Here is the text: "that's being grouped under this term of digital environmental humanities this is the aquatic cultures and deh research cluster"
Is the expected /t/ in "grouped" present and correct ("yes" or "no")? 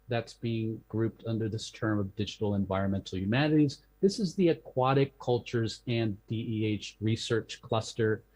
yes